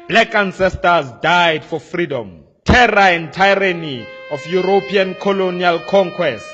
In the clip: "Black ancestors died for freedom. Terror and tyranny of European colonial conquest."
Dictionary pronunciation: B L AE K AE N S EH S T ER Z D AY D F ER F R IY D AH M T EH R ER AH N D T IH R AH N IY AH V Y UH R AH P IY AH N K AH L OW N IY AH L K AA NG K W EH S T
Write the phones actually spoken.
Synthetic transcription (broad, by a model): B L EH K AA N S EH S T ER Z D AY D F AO F R IY D AH M T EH R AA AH N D T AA R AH N IY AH F Y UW R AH P IY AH N K AH L OW N IY AH L K AA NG K W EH S T